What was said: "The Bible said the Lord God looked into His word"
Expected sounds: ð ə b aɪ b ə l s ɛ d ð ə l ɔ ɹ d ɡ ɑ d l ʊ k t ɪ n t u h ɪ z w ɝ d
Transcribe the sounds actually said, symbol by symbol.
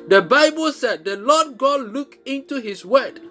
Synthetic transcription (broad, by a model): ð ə b aɪ b ə l s ɛ d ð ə l ɔ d ɡ ɑ d l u k ɪ n t u h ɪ s w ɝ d